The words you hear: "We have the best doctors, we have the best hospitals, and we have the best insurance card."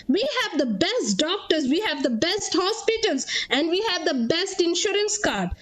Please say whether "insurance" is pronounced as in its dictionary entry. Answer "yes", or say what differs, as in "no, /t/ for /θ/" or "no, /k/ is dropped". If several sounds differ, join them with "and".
yes